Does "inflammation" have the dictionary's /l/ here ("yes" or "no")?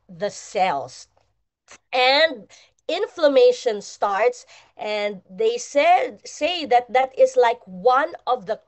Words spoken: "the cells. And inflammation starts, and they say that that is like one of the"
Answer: yes